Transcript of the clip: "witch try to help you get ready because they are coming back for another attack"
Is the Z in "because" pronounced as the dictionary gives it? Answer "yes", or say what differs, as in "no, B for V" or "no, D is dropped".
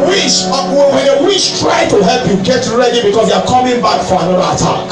no, S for Z